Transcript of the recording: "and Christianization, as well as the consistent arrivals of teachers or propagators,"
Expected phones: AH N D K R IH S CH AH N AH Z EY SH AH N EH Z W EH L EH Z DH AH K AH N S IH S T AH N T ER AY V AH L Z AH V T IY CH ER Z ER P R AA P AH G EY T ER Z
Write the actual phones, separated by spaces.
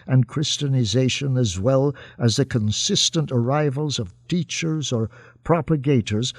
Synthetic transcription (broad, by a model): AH N K R IH S CH AH N AH Z EY SH AH N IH Z W EH L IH Z DH AH K AH N S IH S T AH N T ER AY V AH L Z AH V T IY CH ER Z ER P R AA P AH G EY T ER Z